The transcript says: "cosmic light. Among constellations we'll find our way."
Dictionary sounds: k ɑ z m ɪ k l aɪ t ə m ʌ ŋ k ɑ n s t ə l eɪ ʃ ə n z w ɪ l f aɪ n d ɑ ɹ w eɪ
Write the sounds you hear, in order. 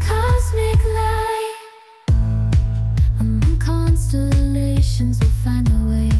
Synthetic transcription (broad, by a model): k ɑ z m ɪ k l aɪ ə ɪ k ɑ n s t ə l eɪ ʃ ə n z w ɪ l f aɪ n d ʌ w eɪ